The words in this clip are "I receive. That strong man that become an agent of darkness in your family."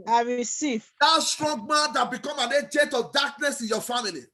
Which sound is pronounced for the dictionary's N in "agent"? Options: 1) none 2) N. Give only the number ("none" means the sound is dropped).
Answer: 1